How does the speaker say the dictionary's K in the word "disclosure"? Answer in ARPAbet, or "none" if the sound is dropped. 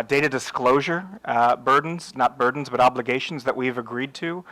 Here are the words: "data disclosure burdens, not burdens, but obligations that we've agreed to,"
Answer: K